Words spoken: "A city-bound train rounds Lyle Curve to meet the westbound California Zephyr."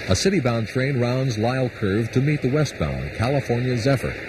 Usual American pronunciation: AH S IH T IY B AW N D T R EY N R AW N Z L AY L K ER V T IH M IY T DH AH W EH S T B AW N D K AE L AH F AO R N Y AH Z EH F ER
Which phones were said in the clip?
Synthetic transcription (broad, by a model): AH S IH T IY B AW N T R EY N R AW N Z L AY L K ER V T IH M IY T DH AH W EH S T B AW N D K AE L AH F AO R N Y AH Z EH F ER